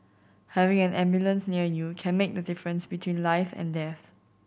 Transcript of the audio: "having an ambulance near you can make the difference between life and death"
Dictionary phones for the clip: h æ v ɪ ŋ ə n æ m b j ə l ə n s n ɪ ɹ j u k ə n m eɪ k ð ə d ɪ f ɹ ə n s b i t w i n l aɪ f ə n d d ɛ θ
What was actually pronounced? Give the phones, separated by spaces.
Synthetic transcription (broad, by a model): h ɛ v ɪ ŋ ə n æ m b j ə l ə n s n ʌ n j u k ə n m eɪ k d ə d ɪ f ɹ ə n s b i t w i n l aɪ f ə n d d ɛ θ